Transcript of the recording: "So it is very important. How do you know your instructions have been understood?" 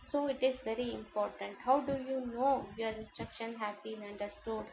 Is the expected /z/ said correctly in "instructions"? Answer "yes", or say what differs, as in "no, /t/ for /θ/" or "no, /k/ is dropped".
no, /z/ is dropped